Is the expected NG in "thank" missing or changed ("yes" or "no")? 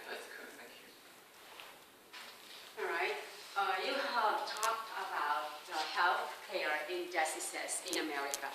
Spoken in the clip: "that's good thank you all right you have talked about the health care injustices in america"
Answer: yes